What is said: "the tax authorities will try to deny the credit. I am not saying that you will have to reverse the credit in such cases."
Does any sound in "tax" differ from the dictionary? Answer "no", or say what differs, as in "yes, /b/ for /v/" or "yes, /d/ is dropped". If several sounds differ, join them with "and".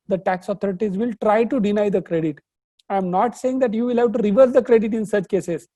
no